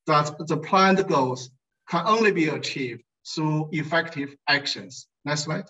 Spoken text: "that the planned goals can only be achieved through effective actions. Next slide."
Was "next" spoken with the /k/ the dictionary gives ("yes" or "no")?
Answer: no